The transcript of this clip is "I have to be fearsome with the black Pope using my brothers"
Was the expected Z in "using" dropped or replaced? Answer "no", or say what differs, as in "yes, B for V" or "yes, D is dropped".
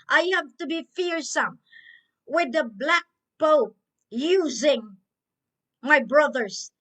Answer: no